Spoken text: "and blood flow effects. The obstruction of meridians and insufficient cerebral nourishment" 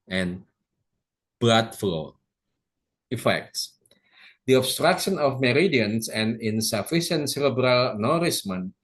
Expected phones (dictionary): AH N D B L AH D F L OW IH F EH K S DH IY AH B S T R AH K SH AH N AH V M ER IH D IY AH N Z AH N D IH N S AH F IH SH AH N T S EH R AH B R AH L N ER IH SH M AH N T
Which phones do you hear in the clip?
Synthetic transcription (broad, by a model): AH N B AA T F L OW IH F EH K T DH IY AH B S T R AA K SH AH N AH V M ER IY D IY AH N S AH N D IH N S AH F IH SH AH N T S EH R AH B R AH L N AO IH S M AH N